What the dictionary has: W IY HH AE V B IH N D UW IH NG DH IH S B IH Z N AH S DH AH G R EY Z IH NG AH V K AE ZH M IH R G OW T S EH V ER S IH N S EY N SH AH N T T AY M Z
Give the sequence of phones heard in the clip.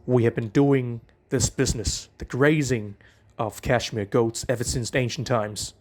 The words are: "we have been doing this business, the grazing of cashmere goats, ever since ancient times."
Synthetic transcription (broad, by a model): W IY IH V B IH N D UW IH NG DH IH S B IH Z N AH S DH AH G R EY Z IH NG AH V K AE SH M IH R G OW T S EH V ER S IH N S EY N SH N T T AY M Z